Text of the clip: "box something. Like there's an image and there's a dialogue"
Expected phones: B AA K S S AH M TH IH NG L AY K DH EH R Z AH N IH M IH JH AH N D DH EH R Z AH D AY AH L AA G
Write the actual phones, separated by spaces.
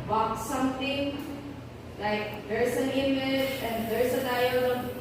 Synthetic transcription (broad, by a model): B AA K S S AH M T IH NG L AY K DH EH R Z AH N IH M IH JH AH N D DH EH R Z AH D AY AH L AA